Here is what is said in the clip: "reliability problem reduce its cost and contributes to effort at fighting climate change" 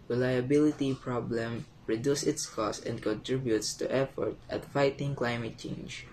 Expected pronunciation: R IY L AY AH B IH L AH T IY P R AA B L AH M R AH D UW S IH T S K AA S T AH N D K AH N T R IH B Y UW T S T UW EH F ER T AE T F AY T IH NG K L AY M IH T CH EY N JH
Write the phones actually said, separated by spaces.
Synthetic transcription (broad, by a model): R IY L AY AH B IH L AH T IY P R AA B L AH M R AH D UW S IH T S K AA S AH N D K AH N T R IH B Y UW T S T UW EH F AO T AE T F AY T IH NG K L AY M IH T CH EY N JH